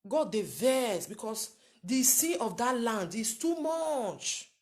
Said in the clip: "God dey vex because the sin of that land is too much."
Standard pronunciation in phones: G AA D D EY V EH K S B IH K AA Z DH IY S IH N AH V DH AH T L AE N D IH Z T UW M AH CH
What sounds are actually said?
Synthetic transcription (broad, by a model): G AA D D EY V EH S B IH K AA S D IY S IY AH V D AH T L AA N D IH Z T UW M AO CH